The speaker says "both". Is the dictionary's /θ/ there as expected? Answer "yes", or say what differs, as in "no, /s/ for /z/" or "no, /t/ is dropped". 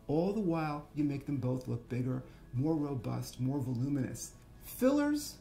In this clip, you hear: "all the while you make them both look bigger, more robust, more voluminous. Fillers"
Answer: yes